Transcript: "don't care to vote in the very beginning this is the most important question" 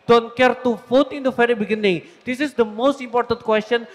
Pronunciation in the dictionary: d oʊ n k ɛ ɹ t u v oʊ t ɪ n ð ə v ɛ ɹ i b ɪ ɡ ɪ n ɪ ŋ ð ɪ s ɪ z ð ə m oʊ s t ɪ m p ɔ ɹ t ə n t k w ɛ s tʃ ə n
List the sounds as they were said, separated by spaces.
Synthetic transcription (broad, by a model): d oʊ n k ɛ ɹ t u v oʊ t ɪ n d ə f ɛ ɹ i b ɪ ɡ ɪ n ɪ ŋ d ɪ s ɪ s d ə m oʊ s t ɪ m p ɔ ɹ t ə n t k w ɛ s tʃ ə n